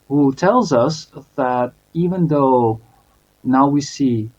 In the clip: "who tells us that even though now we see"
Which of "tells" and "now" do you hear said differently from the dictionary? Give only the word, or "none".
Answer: none